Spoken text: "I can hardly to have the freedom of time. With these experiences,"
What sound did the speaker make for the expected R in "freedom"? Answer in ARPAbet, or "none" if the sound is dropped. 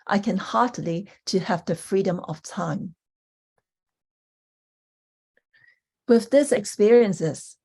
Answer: R